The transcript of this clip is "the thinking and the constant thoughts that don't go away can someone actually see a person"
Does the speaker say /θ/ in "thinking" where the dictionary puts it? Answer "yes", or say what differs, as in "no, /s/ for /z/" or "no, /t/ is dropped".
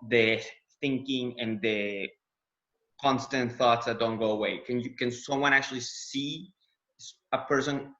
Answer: yes